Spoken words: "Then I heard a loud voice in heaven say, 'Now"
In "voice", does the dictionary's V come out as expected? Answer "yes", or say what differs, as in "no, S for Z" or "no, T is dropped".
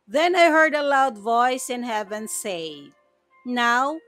yes